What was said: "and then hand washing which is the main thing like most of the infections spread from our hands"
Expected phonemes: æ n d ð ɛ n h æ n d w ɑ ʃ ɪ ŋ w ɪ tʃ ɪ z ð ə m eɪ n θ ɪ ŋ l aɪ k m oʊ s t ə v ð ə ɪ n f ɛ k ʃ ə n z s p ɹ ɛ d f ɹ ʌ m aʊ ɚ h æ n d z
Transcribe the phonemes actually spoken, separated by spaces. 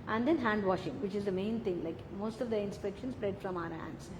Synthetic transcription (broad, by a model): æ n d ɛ n h æ n d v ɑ ʃ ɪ ŋ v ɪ tʃ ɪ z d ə m eɪ n t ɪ ŋ l aɪ k m oʊ s t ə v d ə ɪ n p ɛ k ʃ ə n s p ɹ ɛ d f ɹ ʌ m aʊ ɚ h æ n d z